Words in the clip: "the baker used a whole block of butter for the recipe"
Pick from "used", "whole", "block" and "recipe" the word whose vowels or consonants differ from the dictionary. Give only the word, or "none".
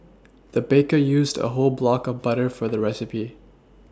none